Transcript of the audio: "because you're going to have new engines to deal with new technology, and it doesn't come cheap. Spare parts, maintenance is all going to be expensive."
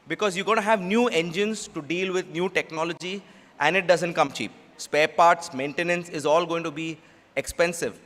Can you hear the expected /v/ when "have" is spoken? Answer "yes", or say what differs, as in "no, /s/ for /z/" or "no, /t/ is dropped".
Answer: yes